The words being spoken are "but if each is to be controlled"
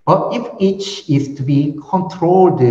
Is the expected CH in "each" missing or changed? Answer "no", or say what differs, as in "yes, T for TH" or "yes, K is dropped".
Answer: no